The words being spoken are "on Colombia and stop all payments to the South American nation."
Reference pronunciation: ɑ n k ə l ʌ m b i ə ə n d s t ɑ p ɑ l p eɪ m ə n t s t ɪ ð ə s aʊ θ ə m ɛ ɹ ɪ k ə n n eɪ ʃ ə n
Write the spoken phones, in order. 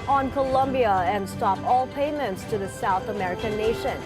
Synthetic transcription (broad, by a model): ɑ n k ə l ʌ m b i ə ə n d s t ɑ p ɑ l p eɪ m ə n t s t ɪ ð ə s aʊ θ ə m ɛ ɹ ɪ k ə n n eɪ ʃ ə n